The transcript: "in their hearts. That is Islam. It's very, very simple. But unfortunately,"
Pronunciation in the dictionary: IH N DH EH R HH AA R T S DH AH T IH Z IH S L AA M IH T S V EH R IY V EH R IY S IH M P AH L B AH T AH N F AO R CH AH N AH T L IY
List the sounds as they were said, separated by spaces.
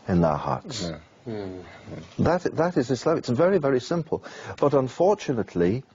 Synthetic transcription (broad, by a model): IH N DH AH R HH AA R T S DH AH T IH Z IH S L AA IH T S V EH R IY V EH R IY S IH M P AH L B AH T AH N F AO R CH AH N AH T L IY